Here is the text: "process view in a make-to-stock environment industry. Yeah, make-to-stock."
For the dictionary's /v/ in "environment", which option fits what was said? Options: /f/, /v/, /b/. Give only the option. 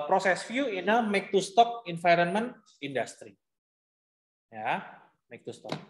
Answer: /f/